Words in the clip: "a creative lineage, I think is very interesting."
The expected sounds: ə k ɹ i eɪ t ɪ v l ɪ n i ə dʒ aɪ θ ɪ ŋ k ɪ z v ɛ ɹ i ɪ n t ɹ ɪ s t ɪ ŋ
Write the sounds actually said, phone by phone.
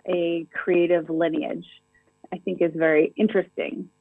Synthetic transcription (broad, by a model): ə k ɹ i eɪ t ɪ v l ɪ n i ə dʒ aɪ θ ɪ ŋ k ɪ z v ɛ ɹ i ɪ n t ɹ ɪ s t ɪ ŋ